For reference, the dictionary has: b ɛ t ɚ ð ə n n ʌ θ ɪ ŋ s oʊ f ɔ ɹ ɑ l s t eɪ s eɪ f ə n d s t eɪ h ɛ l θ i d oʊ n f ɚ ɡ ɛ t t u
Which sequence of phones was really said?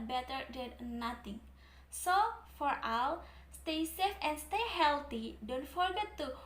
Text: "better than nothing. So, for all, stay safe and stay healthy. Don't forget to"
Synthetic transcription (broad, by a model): b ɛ t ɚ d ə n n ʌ t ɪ ŋ s oʊ f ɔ ɹ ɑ w s t eɪ s eɪ f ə n s t eɪ h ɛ l t i d oʊ n f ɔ ɡ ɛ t t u